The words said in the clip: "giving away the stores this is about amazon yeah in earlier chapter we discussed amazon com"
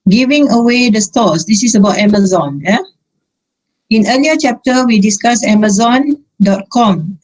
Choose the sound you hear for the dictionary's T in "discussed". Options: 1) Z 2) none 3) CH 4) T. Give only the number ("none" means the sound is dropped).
2